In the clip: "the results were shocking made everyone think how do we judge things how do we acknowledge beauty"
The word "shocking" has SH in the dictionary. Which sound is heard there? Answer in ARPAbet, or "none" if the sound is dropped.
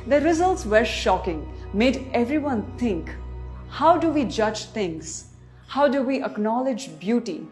SH